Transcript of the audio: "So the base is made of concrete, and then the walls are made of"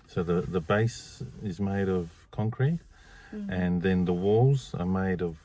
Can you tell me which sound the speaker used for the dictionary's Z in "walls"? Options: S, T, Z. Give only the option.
Z